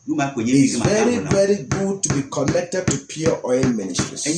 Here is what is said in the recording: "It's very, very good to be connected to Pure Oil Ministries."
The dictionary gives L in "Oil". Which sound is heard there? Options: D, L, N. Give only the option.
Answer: N